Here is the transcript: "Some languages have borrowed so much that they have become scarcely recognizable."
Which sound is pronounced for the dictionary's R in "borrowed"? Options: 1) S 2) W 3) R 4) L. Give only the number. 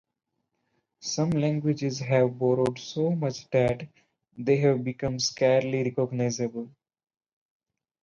3